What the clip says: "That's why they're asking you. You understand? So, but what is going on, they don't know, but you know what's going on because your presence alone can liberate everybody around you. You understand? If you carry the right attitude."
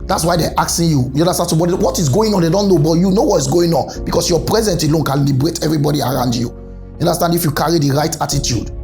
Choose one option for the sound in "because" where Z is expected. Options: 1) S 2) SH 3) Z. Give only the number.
1